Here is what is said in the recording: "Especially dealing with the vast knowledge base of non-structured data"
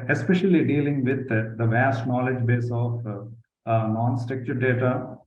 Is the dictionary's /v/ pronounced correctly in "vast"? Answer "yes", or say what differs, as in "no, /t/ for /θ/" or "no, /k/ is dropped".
yes